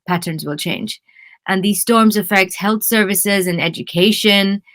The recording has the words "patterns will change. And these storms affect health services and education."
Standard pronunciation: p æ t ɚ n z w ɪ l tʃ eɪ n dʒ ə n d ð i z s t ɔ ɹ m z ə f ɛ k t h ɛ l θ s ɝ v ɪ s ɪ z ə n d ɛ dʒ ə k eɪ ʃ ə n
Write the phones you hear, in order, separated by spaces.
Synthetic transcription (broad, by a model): p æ t ɚ n z w ɪ l tʃ eɪ n dʒ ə n ð i z s t ɔ ɹ m z ə f ɛ k t h ɛ l θ s ɝ v ɪ s ɪ z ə n ɛ dʒ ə k eɪ ʃ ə n